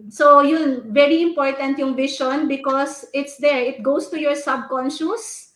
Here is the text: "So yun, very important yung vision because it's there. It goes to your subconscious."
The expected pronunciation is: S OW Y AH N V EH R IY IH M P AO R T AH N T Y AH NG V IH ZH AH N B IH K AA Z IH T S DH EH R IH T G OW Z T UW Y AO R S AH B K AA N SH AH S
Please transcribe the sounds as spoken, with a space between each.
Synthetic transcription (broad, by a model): S OW Y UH N V EH R IY IH M P AO R T AH N T Y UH NG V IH SH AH N B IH K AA S IH T S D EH R IH T G OW S T UW Y AO R S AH B K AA N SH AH S